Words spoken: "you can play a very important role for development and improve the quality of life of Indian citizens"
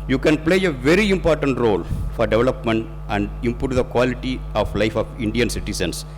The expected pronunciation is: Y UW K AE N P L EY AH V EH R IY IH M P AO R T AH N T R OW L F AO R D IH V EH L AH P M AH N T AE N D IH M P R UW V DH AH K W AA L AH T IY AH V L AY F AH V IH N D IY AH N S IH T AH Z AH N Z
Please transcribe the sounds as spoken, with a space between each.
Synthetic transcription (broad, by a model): Y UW K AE N P L EY AH V EH R IY IH M P AO R T AH N T R OW L F AO R D IH V EH L AH P M AH N T AE N D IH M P UW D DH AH K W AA L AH T IY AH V L AY F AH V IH N D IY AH N S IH T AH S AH N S